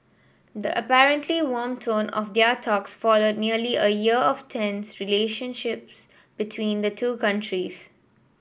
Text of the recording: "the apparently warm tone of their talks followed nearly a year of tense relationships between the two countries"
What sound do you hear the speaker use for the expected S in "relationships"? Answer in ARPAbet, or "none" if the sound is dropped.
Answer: S